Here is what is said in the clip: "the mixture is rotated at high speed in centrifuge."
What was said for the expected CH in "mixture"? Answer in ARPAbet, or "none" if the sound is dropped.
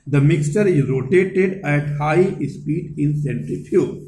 CH